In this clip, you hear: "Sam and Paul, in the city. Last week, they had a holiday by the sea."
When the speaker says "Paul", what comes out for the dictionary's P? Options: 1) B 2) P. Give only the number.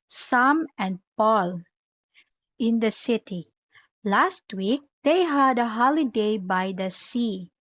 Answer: 2